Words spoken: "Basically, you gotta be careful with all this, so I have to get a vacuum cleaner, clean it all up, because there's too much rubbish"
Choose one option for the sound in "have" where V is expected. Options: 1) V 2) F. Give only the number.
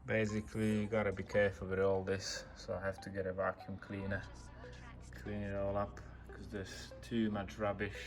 2